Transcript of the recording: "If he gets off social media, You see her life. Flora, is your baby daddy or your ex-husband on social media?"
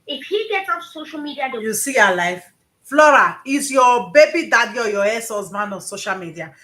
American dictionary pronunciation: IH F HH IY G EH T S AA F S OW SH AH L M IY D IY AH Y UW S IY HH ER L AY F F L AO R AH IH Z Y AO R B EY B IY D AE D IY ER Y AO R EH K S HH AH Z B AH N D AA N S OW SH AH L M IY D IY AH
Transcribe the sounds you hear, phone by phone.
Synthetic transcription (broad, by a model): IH F HH IY G EH T S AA S OW SH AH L M IY D IY AH Y UW S IY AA L AY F F L AO R AH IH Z Y AO B EY B IY D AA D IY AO Y AO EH S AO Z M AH N AA N S OW SH AH L M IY D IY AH